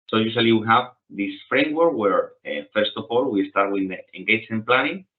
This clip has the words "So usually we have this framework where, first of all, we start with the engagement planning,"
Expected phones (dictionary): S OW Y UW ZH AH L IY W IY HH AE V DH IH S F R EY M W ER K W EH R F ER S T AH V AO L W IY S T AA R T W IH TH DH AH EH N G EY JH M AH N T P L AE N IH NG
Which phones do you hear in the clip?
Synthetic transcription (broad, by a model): S OW Y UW S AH L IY W IY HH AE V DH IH S F R EY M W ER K W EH R F ER S T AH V AO L W IY S T AA R T W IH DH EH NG G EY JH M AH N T P L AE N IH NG